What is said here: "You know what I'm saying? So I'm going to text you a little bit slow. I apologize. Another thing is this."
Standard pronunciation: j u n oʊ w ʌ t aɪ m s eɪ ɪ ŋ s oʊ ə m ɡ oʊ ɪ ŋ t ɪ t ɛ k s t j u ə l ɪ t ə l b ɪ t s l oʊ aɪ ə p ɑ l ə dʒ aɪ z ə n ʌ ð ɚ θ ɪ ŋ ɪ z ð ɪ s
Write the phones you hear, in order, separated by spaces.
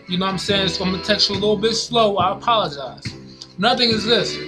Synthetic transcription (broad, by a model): j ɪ n oʊ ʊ aɪ m s eɪ ɪ ŋ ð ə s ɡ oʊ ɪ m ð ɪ t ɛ k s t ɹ ə l ɪ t l b ɪ t s l oʊ aɪ ə p ɑ l ə dʒ aɪ z n ʌ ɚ θ ɪ ŋ ɪ z ð ɪ s